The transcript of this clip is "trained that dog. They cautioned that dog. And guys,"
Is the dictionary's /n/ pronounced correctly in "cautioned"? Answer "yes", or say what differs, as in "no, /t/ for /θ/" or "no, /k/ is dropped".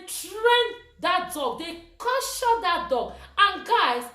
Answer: no, /n/ is dropped